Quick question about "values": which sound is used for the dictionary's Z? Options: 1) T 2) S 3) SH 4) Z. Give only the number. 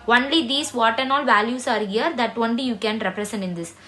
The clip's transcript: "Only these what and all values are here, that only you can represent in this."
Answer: 2